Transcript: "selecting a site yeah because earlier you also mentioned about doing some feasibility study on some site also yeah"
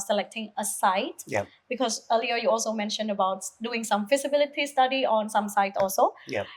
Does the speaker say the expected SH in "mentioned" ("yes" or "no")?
yes